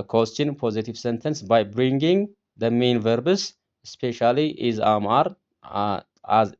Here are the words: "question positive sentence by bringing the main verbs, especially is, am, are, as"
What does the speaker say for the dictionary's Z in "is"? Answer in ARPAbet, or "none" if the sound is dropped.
Z